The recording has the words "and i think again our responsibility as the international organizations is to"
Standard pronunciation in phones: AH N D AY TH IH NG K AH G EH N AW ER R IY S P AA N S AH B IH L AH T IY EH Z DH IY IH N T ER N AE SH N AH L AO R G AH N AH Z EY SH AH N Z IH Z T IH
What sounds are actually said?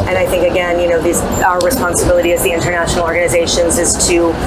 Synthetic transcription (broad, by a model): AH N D AY TH IH NG K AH G EH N AW ER R IY S P AA N S AH B IH L AH T IY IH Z DH IY IH N T ER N AE SH N L AO R G AH N AH Z EY SH AH N Z IH Z T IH